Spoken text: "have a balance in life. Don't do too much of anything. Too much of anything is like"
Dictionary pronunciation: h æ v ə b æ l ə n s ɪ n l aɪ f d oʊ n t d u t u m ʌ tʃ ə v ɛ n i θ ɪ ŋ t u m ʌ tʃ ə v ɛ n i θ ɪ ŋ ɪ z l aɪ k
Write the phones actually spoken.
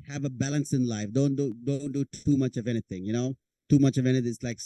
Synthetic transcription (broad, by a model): h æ v ə b æ l ə n s ɪ n l aɪ f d oʊ n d d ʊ t u m ʌ tʃ ə v ɛ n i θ ɪ ŋ t u m ʌ tʃ ə v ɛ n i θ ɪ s l aɪ k